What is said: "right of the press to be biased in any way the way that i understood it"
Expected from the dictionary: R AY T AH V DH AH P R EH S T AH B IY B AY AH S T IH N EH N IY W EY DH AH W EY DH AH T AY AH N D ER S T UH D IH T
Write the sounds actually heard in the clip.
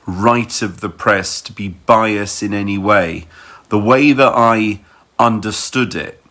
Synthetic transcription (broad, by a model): R AY T AH V DH AH P R EH S T AH B IY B AY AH S IH N EH N IY W EY DH AH W EY DH AH T AY AH N D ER S T UH D IH T